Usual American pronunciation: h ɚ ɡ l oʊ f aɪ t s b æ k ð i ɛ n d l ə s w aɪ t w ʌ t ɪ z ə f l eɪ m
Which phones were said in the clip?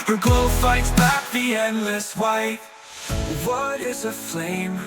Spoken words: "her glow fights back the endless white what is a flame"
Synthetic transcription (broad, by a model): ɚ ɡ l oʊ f aɪ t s b æ k ð i ɛ n d l ə s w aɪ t w ʌ t ɪ z ə f l eɪ m